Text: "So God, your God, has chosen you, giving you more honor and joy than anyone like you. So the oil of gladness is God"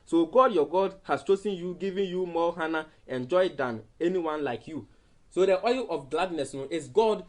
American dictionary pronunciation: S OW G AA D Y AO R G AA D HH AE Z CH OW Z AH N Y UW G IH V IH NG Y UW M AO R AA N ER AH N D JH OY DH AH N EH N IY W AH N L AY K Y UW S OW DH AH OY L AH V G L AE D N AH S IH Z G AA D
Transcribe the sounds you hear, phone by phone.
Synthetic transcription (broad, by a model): S OW G AA D Y AO G AA D HH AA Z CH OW S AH N Y UW G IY V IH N Y UW M AO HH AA N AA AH N JH OY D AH N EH N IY W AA N L AY K Y UW S OW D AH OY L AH F G L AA D N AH S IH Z G AA D